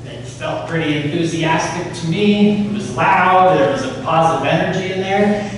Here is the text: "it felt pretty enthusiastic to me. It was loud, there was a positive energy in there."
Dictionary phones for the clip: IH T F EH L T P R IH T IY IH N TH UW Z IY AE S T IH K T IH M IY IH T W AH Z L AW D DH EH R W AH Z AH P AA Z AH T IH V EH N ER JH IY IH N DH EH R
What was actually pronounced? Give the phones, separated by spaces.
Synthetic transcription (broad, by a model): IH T F EH L T P R IH T IY IH N TH UW Z IY AE S T IH K T IH M IY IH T W AH Z L AW D DH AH R W AH Z AH P AA Z AH T IH V EH N ER JH IY IH N DH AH R